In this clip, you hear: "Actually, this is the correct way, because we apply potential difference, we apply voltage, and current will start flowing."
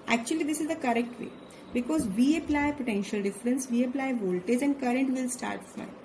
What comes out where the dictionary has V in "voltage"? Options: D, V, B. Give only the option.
V